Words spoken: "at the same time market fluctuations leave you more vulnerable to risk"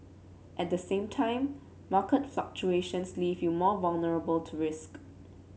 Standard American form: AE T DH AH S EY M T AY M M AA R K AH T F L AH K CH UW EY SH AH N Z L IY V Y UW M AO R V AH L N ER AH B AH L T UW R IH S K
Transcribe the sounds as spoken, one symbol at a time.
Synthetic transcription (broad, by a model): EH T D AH S EY M T AY M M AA K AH T F L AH K CH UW EY SH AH N S L IY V Y UW M AO V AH L N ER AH B AH L T UW R IH S K